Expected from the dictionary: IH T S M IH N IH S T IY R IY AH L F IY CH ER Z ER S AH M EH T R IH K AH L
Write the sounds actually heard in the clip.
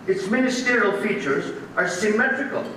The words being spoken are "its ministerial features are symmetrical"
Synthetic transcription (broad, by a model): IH T S M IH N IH S T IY R IY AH L F IY CH ER Z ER S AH M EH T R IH K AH L